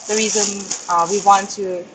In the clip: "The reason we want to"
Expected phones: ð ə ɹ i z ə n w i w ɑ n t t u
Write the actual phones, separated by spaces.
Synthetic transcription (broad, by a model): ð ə ɹ i z ə n w i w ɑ n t t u